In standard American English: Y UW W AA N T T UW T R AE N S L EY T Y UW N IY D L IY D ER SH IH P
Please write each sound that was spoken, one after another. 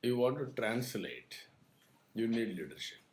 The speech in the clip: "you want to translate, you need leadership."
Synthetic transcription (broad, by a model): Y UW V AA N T T UW T R AE N S L EY T Y UW N IY D L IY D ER SH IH P